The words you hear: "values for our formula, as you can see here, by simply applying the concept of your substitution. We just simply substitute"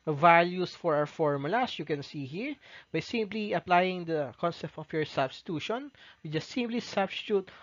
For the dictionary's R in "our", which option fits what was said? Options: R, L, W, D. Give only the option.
W